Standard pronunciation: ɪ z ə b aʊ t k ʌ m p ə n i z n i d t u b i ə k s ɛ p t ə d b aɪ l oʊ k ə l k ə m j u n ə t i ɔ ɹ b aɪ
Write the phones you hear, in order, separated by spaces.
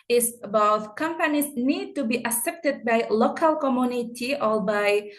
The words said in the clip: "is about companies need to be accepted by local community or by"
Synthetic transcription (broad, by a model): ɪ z b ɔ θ k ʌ m p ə n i s n i d t u b i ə s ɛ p t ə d b aɪ l oʊ k ə l k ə m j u n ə t i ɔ l b aɪ